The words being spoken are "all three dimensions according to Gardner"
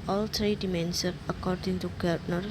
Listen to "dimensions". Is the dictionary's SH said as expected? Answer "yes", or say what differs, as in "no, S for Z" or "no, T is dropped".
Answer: no, S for SH